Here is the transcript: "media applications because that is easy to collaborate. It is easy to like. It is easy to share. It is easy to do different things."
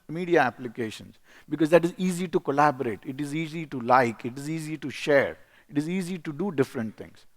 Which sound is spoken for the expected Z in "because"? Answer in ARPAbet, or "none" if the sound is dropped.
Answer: Z